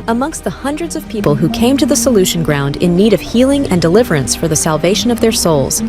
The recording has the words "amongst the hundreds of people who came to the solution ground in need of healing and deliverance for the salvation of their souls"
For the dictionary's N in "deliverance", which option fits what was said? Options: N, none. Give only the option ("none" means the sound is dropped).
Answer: N